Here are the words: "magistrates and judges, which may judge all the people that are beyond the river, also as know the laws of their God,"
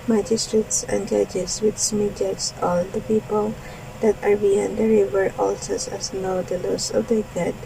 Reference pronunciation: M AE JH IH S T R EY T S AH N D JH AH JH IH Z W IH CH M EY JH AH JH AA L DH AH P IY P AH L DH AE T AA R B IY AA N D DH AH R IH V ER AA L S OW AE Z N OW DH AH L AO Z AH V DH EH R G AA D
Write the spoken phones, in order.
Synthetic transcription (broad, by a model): M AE JH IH S T R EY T S AH N D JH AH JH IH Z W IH S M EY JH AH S AA L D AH P IY P AH L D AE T AA R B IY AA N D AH R IH V ER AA L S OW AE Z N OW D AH L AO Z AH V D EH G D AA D